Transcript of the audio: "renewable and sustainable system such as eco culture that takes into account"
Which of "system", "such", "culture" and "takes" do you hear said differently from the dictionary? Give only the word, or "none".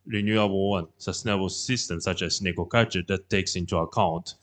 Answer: culture